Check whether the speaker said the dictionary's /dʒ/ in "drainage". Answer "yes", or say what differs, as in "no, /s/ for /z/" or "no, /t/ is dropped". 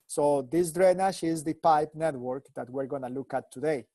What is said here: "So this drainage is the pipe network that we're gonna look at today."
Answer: no, /ʃ/ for /dʒ/